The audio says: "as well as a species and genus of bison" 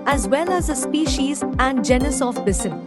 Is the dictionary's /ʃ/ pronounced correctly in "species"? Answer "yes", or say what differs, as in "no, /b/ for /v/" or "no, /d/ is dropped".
yes